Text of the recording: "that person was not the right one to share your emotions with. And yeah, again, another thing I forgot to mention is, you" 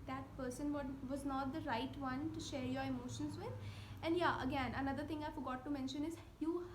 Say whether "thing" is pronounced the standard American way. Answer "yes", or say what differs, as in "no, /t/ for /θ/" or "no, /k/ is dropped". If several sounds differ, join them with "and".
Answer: no, /t/ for /θ/